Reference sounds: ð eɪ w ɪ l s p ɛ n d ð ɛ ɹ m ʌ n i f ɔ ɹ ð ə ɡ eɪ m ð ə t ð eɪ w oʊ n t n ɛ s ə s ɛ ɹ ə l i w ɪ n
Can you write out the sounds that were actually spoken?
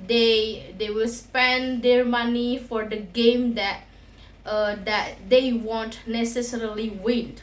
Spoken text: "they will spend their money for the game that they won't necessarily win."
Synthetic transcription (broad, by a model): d eɪ w ɪ l s p ɛ n d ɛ ɹ m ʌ n i f ɔ ɹ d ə ɡ eɪ m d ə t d eɪ w oʊ n t n ɛ s ə s ɛ ɹ ə l i w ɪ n